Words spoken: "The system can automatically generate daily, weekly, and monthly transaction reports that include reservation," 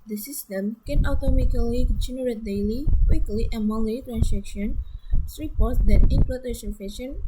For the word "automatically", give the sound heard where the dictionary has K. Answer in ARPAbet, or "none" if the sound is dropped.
none